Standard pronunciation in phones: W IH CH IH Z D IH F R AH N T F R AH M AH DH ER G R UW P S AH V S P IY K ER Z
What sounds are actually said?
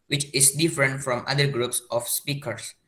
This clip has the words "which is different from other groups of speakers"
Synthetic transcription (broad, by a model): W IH CH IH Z D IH F R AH N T F R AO M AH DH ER G R UW P S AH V S P IY K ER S